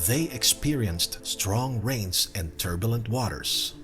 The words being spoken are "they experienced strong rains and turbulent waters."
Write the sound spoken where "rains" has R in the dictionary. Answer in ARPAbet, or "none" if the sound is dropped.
R